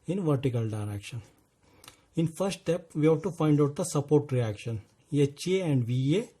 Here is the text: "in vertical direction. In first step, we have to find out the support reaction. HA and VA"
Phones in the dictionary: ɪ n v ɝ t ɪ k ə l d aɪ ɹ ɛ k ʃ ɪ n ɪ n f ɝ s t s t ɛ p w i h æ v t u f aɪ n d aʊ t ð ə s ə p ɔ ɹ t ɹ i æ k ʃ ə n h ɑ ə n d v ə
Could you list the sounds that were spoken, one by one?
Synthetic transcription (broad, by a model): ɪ n v ɝ t ɪ k ə l d aɪ ɹ ɛ k ʃ ɪ n ɪ n f ɝ s t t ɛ p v i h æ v t u f aɪ n d aʊ t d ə s ə p ɔ ɹ t ɹ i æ k ʃ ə n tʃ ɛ ə n d v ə